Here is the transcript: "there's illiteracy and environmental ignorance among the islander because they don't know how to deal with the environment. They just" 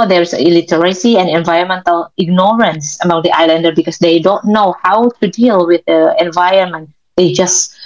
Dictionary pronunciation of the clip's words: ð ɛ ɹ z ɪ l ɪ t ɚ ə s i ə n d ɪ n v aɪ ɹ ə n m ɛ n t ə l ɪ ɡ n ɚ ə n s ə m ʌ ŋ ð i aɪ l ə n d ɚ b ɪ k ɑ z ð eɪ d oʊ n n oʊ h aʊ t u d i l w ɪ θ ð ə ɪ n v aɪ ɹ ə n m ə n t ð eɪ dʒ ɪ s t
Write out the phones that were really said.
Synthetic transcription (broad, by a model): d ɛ ɹ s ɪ l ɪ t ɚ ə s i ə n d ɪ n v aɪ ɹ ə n m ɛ n t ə l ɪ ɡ n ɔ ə n s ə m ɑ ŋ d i aɪ l ə n d ɚ b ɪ k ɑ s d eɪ d oʊ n n oʊ h aʊ t u d i l w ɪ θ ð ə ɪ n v aɪ ə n m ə n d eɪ dʒ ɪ s